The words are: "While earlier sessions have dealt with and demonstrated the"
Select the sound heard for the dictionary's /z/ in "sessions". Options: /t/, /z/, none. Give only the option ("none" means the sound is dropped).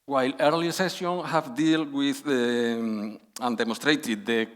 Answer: none